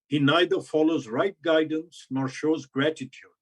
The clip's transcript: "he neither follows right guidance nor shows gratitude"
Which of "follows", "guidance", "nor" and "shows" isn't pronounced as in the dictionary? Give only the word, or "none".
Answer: none